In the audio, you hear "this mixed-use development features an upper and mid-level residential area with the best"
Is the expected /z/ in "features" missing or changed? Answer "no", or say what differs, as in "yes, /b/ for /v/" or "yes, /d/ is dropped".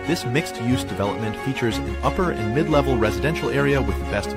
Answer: no